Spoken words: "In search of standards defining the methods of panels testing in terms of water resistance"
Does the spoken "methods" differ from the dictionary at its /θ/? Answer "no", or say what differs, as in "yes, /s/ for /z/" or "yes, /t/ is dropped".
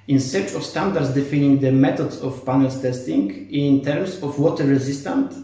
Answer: yes, /t/ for /θ/